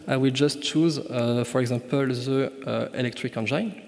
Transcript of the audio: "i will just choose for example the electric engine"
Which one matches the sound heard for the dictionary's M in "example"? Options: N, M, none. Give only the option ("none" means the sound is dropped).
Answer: none